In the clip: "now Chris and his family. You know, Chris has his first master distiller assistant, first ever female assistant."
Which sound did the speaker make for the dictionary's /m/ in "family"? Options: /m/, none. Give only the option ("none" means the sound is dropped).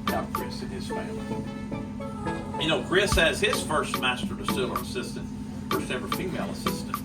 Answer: none